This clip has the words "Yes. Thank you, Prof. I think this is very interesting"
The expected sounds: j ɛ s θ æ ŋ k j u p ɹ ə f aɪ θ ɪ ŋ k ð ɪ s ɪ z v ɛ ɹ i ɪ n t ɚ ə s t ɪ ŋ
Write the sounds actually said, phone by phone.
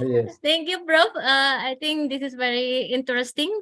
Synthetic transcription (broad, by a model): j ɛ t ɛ ŋ k j u b ɹ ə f aɪ t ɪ ŋ k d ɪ s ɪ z v ɛ ɹ i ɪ n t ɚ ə s t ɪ ŋ